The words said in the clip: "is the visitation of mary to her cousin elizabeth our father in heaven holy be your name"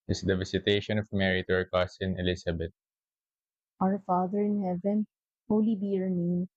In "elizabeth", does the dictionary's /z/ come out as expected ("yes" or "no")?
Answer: no